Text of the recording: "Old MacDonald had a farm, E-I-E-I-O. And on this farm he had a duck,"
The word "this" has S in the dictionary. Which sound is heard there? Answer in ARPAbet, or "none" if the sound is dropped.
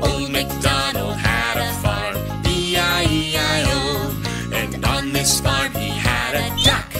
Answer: S